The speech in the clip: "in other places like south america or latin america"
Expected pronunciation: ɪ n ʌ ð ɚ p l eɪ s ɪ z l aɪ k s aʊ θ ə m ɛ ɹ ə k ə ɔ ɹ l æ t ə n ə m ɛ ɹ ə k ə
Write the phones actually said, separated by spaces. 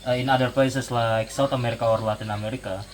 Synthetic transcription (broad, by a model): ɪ n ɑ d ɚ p l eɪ s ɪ s l aɪ k s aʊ t ə m ɛ ɹ ə k ə ɔ ɹ l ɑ t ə n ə m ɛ ɹ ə k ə